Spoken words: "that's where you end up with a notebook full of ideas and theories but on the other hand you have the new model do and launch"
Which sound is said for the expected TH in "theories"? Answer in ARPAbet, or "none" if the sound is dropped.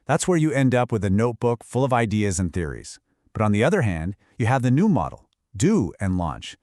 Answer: TH